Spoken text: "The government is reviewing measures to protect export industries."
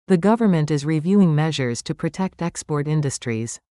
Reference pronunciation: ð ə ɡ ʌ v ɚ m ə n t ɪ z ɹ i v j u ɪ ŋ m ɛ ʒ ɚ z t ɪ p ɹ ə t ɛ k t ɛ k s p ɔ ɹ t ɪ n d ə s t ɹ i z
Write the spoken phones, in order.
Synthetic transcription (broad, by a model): ð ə ɡ ʌ v ɚ m ə n t ɪ z ɹ i v j u ɪ ŋ m ɛ ʒ ɚ z t ɪ p ɹ ə t ɛ k t ɛ k s p ɔ ɹ t ɪ n d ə s t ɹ i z